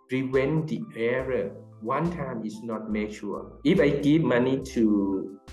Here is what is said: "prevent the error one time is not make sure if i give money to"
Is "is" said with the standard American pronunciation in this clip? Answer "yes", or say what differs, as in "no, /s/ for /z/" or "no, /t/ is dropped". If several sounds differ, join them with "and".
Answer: no, /s/ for /z/